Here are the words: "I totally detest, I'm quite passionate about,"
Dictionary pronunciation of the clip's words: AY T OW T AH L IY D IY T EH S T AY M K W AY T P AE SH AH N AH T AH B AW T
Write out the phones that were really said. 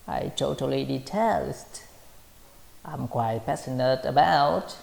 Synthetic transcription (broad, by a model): AY T OW T AH L IY D IY T EH S T AY M K W AY T P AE S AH N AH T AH B AW T